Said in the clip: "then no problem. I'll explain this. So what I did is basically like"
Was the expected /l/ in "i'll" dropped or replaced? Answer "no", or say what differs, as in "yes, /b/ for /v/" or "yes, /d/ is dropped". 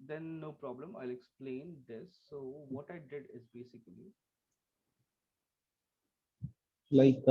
no